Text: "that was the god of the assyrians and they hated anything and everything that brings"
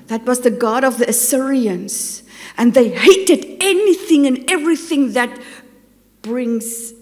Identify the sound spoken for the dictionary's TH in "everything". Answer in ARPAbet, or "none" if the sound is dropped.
TH